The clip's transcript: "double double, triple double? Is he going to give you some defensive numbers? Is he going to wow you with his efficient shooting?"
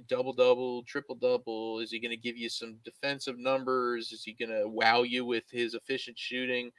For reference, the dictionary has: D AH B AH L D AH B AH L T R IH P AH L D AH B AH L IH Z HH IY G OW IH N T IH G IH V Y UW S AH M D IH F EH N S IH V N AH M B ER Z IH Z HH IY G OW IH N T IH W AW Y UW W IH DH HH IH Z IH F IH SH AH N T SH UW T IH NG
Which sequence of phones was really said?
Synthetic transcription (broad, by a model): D AH B L D AH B L T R IH P L D AH B L IH Z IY G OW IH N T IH G IH V Y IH S AH M D IH F EH N S IH V N AH M B ER Z IH Z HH IY G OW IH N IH W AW Y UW W IH DH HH IH Z IH F IH SH AH N T SH UW T IH NG